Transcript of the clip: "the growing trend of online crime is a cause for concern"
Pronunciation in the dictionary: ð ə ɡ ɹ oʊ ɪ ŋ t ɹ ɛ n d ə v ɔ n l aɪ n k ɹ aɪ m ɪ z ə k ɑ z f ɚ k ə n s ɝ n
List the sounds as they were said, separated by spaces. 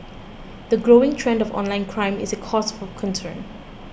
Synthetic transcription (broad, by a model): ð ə ɡ ɹ oʊ ɪ ŋ t ɹ ɛ n d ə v ɔ n l aɪ n k ɹ aɪ m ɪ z ə k ɑ s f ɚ k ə n s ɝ n